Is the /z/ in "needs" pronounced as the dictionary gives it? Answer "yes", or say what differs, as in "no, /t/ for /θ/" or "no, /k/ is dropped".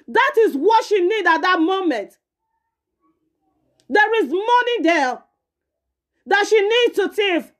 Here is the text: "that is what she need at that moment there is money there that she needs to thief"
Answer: no, /z/ is dropped